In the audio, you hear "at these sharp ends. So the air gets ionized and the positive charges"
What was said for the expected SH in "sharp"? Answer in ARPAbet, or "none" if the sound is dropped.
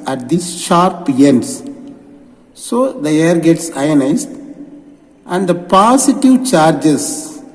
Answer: SH